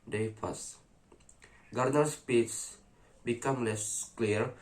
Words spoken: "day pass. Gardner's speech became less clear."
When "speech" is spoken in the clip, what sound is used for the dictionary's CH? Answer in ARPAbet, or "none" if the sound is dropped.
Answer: S